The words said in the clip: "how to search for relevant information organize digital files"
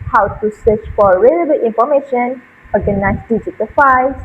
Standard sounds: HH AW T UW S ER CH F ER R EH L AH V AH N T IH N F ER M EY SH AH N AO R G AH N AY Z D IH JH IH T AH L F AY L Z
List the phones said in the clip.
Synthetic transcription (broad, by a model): HH AW T UW S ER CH F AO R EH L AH B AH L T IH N F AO M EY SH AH N AO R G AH N AY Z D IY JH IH T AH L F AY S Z